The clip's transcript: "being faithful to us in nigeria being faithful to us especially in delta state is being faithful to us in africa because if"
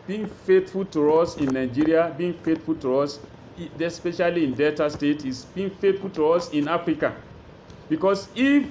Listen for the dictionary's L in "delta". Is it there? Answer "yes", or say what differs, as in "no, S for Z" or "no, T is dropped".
no, L is dropped